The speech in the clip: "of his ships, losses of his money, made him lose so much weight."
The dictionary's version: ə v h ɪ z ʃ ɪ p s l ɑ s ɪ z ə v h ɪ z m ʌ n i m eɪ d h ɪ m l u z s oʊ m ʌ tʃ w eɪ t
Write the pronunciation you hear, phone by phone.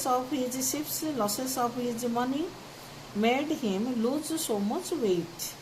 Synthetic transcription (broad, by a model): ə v h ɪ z s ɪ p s l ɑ s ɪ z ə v h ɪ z m ʌ n i m eɪ d h ɪ m l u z s oʊ m ʌ tʃ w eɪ t